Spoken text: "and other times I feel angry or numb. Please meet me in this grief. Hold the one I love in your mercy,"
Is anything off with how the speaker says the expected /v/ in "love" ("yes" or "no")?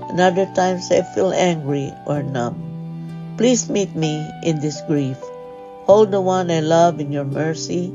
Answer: no